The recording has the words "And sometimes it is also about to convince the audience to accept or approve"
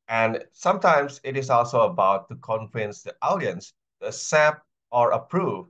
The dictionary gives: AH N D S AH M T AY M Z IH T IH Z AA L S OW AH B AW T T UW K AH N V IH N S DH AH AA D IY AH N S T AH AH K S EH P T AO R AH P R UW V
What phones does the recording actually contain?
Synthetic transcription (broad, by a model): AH N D S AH M T AY M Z IH T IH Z AA L S OW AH B AW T T UW K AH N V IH N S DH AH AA D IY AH N S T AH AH S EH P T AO R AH P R UW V